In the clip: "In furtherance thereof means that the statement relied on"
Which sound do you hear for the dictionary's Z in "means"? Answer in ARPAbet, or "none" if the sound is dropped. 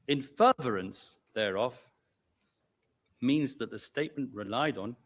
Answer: Z